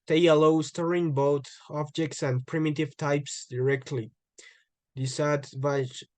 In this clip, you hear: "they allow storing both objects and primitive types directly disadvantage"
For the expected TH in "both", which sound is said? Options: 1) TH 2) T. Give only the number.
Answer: 2